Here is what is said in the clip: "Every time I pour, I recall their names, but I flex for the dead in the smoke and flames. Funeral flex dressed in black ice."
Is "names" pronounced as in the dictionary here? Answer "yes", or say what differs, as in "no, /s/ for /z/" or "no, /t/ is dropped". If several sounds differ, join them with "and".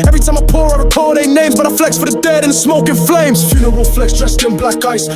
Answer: yes